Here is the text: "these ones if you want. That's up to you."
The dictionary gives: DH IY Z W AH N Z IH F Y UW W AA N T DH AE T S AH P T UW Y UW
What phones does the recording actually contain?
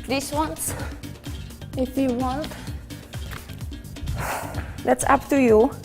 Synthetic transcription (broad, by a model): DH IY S W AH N S IH F Y UW W AA N T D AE T S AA P T UW Y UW